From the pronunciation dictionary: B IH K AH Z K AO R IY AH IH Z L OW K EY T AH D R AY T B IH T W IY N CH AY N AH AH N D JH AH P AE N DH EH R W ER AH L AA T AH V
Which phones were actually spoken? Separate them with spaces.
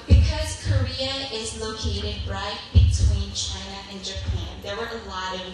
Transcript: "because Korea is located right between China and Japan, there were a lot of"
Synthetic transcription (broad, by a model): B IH K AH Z K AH R IY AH IH Z L OW K EY T AH D R AY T B IH T W IY N CH AY N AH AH N JH AH P AE N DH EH R W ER AH L AA T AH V